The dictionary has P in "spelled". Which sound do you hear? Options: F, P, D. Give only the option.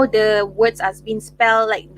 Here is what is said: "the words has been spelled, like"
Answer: P